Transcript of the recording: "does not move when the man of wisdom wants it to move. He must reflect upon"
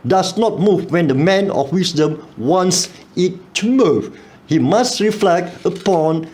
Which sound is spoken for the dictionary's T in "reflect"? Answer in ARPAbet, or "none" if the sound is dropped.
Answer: T